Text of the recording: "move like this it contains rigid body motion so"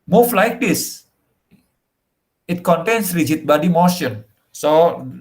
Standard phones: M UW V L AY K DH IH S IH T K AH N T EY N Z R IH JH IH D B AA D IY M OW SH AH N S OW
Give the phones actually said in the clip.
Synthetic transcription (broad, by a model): M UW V L AY K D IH S IH T K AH N T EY N S R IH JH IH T B AA D IY M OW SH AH N S OW